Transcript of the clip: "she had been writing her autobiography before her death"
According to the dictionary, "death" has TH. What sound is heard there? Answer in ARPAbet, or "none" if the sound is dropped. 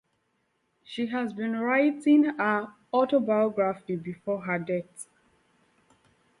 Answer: T